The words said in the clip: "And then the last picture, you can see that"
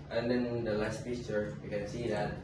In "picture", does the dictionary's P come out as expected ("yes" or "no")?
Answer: no